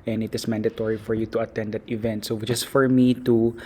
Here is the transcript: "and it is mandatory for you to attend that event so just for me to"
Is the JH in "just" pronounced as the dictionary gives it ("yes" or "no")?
no